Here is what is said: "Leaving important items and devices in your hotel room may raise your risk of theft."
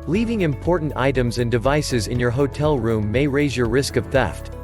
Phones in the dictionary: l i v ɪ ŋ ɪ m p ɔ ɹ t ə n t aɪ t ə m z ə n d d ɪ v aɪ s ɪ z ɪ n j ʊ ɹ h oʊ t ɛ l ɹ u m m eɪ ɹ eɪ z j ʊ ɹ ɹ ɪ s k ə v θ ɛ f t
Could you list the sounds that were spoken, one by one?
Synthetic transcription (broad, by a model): l i v ɪ ŋ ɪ m p ɔ ɹ t n t aɪ t ə m z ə n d d ɪ v aɪ s ɪ z ɪ n j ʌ ɹ h oʊ t ɛ l ɹ u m m eɪ ɹ eɪ z j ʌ ɹ ɹ ɪ s k ə v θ ɛ f t